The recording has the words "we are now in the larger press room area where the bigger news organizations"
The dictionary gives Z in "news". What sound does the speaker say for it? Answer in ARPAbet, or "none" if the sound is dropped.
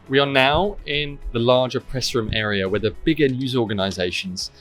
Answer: Z